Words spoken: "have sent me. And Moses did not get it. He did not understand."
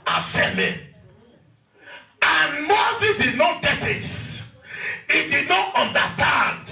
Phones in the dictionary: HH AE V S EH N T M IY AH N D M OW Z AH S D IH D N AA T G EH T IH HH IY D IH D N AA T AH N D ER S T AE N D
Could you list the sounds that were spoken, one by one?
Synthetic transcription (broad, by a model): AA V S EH T M IY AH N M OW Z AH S D IH D N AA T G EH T IH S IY D IH D N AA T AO N D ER S T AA N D